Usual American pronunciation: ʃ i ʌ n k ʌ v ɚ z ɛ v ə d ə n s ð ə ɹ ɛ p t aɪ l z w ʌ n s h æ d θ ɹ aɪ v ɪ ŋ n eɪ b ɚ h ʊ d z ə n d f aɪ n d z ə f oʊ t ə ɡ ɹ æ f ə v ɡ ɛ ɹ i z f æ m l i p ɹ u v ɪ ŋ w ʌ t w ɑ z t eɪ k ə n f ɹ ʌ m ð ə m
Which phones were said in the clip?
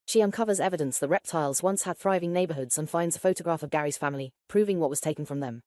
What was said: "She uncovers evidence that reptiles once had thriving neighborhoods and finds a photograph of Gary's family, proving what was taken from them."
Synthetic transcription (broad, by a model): ʃ i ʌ n k ʌ v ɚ z ɛ v ə d ə n s ð ə ɹ ɛ p t aɪ l z w ʌ n s h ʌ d θ ɹ aɪ v ɪ ŋ n eɪ b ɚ h ʊ d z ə n f aɪ n d z ə f oʊ t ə ɡ ɹ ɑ f ə v ɡ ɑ ɹ i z f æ m l i p ɹ u v ɪ ŋ w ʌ t w ɑ z t eɪ k ə n f ɹ ʌ m ð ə m